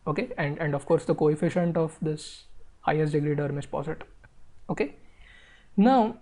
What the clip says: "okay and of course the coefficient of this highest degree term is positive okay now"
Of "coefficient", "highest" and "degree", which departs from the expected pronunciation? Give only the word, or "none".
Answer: none